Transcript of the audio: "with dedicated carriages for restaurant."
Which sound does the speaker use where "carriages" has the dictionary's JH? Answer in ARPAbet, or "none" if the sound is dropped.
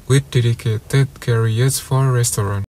none